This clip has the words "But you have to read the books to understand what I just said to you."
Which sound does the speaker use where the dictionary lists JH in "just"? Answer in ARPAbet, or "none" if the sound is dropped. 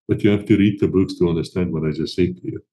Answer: Z